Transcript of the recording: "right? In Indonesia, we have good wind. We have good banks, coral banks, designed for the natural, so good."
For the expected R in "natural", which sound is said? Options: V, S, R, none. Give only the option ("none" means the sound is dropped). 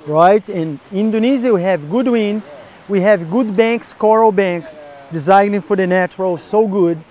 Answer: R